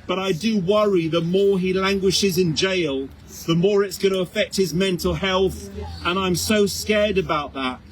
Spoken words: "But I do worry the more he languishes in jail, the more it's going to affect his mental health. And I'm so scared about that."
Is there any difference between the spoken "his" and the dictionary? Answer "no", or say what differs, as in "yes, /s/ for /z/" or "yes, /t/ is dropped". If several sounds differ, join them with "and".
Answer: no